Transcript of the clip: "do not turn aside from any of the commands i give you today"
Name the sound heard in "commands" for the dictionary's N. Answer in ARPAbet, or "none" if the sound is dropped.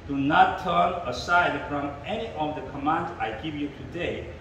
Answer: N